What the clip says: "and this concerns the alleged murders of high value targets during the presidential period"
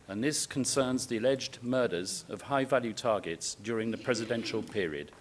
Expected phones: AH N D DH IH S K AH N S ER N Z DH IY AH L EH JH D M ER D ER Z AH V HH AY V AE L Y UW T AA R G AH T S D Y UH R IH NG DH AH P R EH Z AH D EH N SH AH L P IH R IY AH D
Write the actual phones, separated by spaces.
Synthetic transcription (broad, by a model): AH N DH IH S K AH N S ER N Z DH IY AH L EH JH D M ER D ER Z AH V HH AY V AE L Y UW T AA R G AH T S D Y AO R IH NG DH AH P R EH Z AH D EH N SH AH L P IH R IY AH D